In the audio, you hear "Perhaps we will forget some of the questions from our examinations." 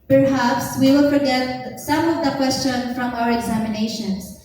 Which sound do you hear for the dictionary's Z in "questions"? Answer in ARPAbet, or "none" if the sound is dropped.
none